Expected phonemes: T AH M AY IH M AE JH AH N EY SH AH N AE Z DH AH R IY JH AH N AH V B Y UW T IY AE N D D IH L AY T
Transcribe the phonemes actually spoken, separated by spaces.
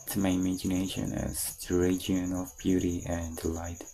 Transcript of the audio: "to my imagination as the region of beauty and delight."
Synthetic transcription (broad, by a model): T M AY IH M AE JH AH N EY SH AH N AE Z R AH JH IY AH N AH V B Y UW T IY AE N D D L AY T